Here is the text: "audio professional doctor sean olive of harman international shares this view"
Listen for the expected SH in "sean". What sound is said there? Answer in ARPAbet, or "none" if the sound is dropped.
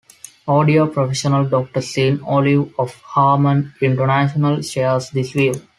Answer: S